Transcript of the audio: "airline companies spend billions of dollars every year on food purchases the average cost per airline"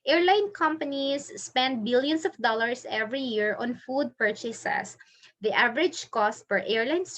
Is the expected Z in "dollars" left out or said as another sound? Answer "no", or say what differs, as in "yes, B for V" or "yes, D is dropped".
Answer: yes, S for Z